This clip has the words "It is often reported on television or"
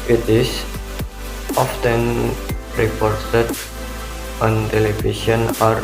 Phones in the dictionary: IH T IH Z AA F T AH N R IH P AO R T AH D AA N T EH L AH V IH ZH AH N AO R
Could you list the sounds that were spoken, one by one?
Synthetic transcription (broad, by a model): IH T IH S AA F T AH N R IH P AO R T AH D AA N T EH L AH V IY S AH N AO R